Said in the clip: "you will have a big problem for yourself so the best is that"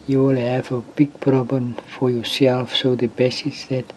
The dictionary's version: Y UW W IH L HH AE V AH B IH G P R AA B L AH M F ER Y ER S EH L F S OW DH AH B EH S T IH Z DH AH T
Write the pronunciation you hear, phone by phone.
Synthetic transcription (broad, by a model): Y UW W IH L HH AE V AH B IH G P R AA B L AH M F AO Y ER S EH L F S OW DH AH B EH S IH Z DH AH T